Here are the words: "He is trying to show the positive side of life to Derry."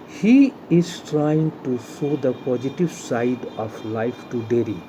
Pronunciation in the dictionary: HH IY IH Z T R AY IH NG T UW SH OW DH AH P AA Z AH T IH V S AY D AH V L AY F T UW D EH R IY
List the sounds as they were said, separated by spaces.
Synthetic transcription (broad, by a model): HH IY IH Z T R AY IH NG T UW S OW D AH P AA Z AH T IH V S AY D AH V L AY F T UW D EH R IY